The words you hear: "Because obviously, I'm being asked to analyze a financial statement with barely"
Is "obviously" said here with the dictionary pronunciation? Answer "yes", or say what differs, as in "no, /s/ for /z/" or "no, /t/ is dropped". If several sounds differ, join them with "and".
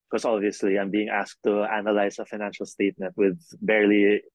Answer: yes